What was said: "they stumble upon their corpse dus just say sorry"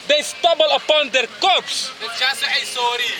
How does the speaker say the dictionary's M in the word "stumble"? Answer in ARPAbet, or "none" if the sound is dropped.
none